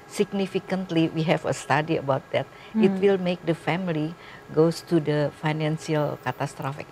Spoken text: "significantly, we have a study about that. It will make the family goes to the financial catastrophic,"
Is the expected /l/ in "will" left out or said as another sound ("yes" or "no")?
no